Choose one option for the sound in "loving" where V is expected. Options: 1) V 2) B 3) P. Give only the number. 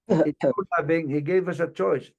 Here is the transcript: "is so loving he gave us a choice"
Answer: 2